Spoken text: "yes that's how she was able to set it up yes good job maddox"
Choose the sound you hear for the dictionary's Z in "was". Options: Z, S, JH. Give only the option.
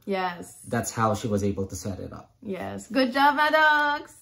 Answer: Z